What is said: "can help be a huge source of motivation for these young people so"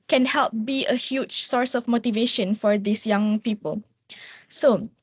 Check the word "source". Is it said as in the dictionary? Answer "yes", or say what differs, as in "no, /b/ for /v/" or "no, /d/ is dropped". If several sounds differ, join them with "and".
yes